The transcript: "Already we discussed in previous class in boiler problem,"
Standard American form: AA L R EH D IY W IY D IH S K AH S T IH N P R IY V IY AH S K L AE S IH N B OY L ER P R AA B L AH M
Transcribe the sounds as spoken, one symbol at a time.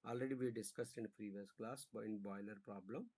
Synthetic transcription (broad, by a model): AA L R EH D IY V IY D IH S K AH S T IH N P R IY V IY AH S K L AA S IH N B OY L ER P R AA B L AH M